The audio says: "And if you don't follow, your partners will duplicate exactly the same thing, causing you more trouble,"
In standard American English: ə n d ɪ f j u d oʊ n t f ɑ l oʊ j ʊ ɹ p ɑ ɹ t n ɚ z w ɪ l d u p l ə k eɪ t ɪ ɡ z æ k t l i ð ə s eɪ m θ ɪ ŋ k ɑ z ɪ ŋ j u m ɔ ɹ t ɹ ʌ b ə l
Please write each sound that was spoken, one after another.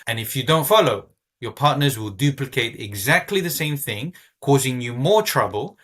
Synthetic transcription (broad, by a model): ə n ɪ f j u d oʊ n t f ɑ l oʊ j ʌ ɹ p ɑ ɹ t n ɚ z w ɪ l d u p l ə k eɪ t ɪ ɡ z æ k t l i ð ə s eɪ m θ ɪ ŋ k ɑ z ɪ ŋ j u m ɔ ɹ t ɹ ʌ b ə l